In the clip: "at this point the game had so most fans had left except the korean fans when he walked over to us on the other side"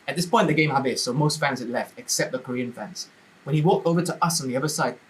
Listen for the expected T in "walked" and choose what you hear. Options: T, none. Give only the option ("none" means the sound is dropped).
T